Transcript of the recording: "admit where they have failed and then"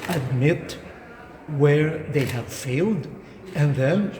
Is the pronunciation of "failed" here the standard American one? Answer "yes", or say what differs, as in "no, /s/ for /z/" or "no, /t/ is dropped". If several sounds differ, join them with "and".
yes